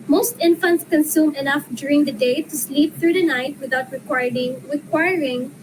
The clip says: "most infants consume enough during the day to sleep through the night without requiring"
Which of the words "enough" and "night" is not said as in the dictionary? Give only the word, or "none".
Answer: none